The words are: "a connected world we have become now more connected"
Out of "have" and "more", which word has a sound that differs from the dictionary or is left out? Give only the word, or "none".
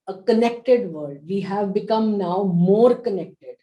none